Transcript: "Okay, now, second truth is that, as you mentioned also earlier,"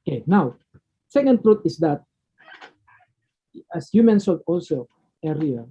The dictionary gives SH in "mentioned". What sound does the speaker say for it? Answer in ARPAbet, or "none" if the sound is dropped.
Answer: S